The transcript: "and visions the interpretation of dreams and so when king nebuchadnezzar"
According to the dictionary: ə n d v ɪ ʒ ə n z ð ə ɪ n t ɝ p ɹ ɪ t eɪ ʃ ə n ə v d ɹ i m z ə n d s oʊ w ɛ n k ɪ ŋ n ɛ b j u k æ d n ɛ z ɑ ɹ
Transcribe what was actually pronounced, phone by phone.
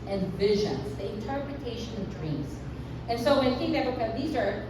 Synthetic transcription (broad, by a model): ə n v ɪ ʒ ə n z ð ə ɪ n t ɝ p ɹ ɪ t eɪ ʃ ə n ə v d ɹ i m z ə n s oʊ w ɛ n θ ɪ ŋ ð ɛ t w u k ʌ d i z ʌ ɹ